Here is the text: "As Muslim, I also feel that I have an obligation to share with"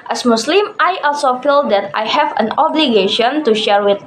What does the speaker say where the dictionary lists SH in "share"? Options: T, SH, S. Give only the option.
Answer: SH